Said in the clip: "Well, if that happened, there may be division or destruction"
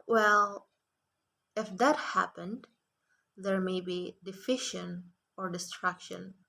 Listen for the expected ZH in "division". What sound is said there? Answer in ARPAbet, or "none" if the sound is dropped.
SH